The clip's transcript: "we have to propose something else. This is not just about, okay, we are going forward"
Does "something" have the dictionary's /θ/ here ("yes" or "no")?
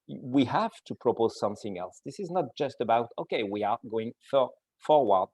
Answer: yes